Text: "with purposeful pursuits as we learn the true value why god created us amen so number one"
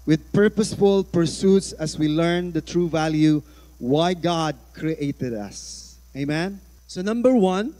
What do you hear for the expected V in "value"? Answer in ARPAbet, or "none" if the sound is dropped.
V